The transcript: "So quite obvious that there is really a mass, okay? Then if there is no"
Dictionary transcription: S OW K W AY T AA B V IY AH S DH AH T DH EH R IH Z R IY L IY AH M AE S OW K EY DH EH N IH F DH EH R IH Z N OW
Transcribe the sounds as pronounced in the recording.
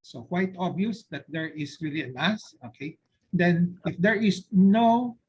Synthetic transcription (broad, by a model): S OW K W AY T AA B IY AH S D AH T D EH R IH S R IY L IY AH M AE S OW K EY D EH N IH F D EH R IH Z N OW